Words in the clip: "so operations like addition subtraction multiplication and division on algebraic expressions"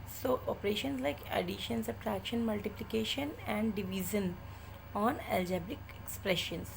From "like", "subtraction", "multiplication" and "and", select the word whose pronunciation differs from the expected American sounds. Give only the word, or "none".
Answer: subtraction